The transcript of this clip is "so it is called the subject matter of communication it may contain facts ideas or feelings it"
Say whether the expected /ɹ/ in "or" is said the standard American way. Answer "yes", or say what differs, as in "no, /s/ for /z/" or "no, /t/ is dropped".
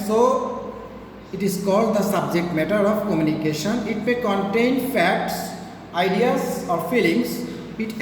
yes